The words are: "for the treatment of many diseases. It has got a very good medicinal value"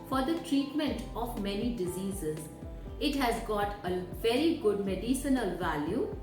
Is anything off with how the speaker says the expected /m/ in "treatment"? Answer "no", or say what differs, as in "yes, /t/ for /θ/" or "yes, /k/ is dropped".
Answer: no